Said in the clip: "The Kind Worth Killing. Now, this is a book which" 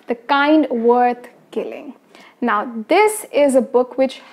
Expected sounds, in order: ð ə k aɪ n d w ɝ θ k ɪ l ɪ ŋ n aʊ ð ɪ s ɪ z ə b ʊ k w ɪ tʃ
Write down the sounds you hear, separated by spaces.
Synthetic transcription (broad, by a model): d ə k aɪ n d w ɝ t k ɪ l ɪ ŋ n aʊ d ɪ s ɪ z ə b ʊ k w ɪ tʃ